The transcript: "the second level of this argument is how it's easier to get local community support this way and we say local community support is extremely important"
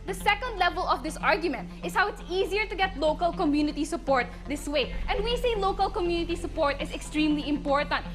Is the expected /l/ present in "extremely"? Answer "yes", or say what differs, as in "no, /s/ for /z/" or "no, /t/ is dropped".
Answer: yes